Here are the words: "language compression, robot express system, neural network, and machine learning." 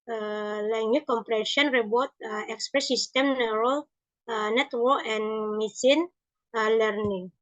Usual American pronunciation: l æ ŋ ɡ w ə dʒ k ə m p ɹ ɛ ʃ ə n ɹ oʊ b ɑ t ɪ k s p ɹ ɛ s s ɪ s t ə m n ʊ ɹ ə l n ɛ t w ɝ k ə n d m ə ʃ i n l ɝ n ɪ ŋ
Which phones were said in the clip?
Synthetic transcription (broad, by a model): l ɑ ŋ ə k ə m p ɹ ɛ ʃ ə n ɹ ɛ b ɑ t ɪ k s p ɹ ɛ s s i s t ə m n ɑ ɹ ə l n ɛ t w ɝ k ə n m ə s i n l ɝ n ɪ ŋ